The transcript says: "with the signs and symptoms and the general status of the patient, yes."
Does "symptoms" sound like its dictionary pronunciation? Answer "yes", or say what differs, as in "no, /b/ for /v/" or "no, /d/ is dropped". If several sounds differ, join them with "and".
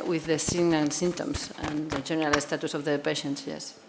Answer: no, /p/ is dropped and /s/ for /z/